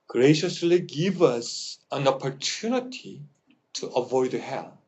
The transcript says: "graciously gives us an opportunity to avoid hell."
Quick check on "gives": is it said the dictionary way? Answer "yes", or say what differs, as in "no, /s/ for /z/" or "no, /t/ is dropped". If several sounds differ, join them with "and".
no, /z/ is dropped